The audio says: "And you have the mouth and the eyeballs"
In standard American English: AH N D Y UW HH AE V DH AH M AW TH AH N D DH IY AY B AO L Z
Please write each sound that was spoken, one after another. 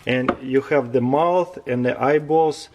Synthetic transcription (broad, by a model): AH N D Y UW HH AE V DH AH M AW TH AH N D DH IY AY B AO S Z